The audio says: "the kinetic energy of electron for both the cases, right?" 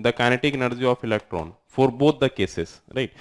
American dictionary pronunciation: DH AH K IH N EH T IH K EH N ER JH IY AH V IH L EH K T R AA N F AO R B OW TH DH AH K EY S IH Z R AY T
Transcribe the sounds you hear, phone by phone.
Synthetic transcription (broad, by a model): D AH K IH N EH T IH K N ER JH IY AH F IH L EH K T R AA N F AO R B OW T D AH K EY S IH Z R AY T